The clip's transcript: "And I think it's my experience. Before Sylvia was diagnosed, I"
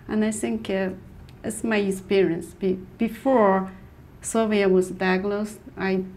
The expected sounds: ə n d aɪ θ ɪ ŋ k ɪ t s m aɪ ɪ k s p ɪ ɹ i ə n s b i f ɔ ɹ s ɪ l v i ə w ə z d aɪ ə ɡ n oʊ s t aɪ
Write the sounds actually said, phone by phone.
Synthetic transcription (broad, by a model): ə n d aɪ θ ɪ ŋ k ɪ t s m aɪ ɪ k s p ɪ ɹ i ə n s b i f ɔ ɹ s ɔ v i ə w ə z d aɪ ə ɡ l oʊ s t aɪ